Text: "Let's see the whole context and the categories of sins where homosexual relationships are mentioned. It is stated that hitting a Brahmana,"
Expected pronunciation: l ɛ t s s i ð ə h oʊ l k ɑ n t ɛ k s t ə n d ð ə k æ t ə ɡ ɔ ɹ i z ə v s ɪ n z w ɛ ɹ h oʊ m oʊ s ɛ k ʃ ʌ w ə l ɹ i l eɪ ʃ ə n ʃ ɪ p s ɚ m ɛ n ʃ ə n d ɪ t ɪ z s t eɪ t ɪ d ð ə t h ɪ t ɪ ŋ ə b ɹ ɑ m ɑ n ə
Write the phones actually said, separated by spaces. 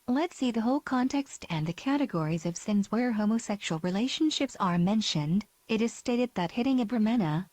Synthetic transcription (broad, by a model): l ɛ t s s i ð ə h oʊ l k ɑ n t ɛ k s t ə n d ð ə k æ t ə ɡ ɔ ɹ i z ə v s ɪ n z w ɛ ɹ h oʊ m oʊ s ɛ k ʃ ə l ɹ i l eɪ ʃ ə n ʃ ɪ p s ɚ m ɛ n ʃ ə n d ɪ t ɪ z s t eɪ t ɪ d ð ə t h ɪ t ɪ ŋ ə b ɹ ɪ m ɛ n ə